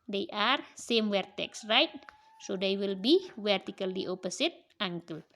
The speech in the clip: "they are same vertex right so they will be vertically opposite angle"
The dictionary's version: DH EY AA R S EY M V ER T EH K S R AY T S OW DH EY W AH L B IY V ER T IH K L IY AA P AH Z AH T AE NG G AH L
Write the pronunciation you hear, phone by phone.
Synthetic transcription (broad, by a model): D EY AA R S EY M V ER T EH K S R AY T S OW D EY W AH L B IY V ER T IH K L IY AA P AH S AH T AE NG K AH L